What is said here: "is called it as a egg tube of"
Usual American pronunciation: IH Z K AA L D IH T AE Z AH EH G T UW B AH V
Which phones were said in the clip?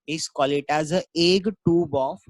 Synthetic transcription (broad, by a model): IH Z K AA L IH T AE Z AH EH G T UW B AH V